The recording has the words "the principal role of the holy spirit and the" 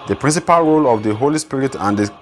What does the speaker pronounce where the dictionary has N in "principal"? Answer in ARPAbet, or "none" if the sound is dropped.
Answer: N